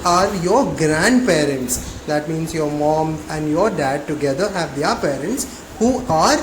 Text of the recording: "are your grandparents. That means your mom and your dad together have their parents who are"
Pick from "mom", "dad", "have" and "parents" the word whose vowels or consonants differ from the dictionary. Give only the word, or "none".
none